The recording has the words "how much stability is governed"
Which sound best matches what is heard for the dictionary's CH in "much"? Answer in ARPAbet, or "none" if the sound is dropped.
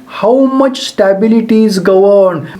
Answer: CH